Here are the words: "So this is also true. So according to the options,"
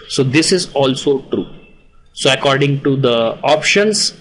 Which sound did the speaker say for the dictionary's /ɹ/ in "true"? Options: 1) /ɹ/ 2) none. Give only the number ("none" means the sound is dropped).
1